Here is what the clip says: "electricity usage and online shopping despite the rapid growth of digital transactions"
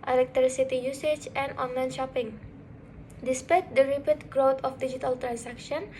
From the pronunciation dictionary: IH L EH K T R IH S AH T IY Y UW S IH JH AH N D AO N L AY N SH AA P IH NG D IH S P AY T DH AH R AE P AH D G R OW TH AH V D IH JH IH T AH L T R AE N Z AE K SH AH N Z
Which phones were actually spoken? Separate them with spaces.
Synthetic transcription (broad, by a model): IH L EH K T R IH S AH T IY Y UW S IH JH AH N D AO N L AY N SH AA P IH NG D IH S P AY T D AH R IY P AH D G R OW T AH F D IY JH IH T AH L T R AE N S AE K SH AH N